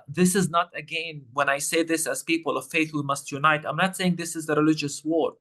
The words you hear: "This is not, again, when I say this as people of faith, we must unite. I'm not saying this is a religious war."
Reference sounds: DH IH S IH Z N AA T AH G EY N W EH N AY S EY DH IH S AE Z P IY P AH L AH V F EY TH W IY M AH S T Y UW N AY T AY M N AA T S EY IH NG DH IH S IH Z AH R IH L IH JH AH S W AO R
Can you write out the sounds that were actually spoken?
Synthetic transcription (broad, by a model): DH IH S IH Z N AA T AH G EY N W EH N AY S EY DH IH S AE Z P IY P AH L AH V F EY TH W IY M AH S T Y UW N AY T AY M N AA T S EY IH NG DH IH S IH Z AH R IH L IH JH AH S W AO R